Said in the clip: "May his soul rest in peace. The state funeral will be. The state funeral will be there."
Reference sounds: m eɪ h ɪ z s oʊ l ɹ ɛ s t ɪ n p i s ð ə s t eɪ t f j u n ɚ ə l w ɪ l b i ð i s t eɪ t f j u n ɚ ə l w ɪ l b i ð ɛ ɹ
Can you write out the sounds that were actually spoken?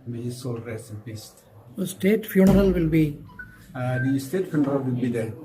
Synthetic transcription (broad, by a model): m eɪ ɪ s oʊ l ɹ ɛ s ɪ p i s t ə s t eɪ t f j u n ɚ ə l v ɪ l b i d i s t eɪ t f j u n ɚ ə l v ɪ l b i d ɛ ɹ